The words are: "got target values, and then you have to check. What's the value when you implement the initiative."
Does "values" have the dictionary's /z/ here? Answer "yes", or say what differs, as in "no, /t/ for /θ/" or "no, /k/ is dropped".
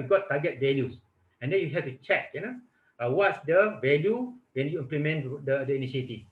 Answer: no, /s/ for /z/